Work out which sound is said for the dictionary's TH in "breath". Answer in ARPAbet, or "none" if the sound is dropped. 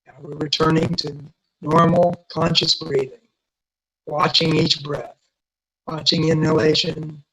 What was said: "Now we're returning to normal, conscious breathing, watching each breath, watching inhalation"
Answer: TH